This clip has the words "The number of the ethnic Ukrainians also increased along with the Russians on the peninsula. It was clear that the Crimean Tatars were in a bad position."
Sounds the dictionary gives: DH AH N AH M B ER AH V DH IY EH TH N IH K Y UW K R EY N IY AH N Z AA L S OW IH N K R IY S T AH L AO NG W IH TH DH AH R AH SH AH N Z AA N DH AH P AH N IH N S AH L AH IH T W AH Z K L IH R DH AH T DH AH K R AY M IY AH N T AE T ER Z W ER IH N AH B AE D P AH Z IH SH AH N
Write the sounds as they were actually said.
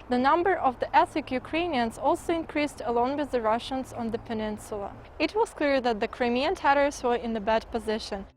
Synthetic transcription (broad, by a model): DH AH N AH M B ER AH V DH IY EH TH IH K Y UW K R EY N IY AH N Z AA L S OW IH N K R IY S T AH L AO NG W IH DH AH R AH SH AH N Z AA N DH AH P AH N IH N S AH L AH IH T W AH Z K L IH R DH AH T DH AH K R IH M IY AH N T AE T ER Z W ER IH N AH B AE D P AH Z IH SH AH N